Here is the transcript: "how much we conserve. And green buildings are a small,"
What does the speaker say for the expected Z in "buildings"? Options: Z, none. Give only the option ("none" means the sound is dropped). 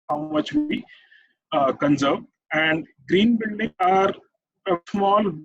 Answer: none